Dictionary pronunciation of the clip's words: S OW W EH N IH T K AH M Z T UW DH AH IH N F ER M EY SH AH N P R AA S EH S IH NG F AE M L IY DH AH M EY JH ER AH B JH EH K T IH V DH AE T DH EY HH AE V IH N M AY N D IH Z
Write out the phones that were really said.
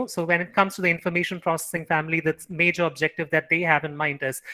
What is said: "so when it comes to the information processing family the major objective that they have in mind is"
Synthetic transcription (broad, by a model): S OW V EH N IH T K AH M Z T UW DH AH IH N F ER M EY SH AH N P R AA S EH S IH NG F AE M L IY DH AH M EY JH ER AH B JH EH K T IH V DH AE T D EY HH AE V IH N M AY N D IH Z